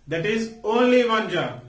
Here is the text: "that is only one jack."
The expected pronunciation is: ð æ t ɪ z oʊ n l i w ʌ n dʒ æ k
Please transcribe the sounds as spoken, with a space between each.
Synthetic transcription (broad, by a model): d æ t ɪ z oʊ n l i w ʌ n dʒ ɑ